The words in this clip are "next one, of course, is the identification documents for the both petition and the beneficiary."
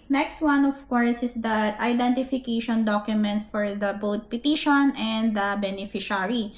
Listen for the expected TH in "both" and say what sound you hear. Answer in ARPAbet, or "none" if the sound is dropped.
T